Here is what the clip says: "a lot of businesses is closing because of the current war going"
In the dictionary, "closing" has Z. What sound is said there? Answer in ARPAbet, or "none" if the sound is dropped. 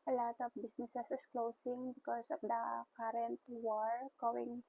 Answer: S